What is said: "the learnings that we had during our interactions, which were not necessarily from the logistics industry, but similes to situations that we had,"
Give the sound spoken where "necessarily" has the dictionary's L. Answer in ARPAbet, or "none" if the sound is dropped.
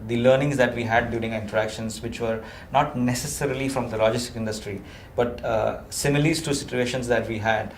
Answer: L